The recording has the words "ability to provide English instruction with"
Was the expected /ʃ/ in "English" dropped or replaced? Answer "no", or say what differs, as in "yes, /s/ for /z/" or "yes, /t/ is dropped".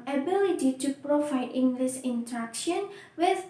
yes, /s/ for /ʃ/